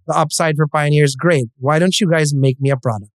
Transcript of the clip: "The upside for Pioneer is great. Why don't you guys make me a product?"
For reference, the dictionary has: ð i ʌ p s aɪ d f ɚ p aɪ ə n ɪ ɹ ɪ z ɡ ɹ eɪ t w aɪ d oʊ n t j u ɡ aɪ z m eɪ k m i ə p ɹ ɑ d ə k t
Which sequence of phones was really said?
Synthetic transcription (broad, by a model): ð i ʌ p s aɪ d f ɚ p aɪ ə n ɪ ɹ ɪ z ɡ ɹ eɪ t w aɪ d oʊ n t j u ɡ aɪ z m eɪ k m i ə p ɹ ɑ d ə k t